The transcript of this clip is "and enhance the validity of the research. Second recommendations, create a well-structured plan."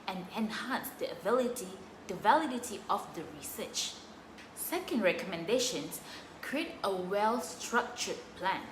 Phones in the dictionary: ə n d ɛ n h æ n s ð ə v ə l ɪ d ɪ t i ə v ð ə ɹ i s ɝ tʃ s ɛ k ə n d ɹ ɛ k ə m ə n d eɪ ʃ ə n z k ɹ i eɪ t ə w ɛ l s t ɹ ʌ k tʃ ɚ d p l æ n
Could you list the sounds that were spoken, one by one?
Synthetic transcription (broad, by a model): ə n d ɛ n h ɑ n s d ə v ə l ɪ d ɪ t i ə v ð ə ɹ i s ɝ tʃ s ɛ k ə n d ɹ ɛ k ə m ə n d eɪ ʃ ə n s k ɹ i eɪ t ə w ɛ l s t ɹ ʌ k tʃ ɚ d p l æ n